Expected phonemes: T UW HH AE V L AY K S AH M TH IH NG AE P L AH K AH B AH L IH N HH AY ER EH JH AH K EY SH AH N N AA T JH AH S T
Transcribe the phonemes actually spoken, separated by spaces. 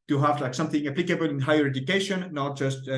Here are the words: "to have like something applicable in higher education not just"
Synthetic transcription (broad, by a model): T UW HH AE V L AY K S AH M TH IH NG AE P L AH K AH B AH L IH N HH AY ER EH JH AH K EY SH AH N N AA T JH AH S T